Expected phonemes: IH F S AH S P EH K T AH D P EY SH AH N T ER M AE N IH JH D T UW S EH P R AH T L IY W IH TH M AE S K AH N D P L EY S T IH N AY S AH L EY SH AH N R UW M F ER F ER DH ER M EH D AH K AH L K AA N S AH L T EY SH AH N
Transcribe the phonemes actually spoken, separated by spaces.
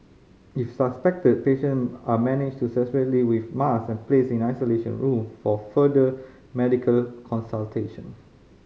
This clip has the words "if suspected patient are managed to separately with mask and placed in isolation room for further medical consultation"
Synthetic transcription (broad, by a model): IH F S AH S P EH K T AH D P EY SH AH N AA M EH N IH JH T UW S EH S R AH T L IY W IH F M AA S AH N P L EY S IH N AY S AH L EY SH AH N R UW M F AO F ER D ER M EH D AH K AH L K AA N S AH L T EY SH AH N